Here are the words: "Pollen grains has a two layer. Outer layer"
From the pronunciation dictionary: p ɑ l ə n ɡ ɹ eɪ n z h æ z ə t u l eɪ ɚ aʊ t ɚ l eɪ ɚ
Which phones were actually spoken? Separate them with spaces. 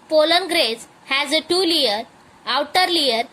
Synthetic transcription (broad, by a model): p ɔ l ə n ɡ ɹ eɪ z h æ z ə t u l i ɚ aʊ t ɚ l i ɚ